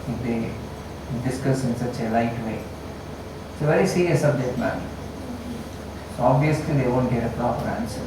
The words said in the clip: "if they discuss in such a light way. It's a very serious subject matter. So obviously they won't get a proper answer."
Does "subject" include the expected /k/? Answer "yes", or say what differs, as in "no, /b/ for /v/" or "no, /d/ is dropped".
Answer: no, /k/ is dropped